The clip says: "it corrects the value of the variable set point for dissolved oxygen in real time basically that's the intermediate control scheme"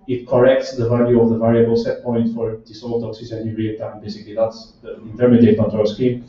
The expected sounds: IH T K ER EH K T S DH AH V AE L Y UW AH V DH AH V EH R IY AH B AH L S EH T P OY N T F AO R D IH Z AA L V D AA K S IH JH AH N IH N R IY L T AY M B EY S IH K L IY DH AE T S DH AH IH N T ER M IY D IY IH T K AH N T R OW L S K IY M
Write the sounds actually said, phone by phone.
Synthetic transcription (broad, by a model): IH T K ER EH K T S DH AH V AE L Y UW AH V DH AH V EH R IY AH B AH L S EH T P OY N T F AO R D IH S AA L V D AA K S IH Z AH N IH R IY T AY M B EY S IH K L IY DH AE T S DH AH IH N T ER M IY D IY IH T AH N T OW S K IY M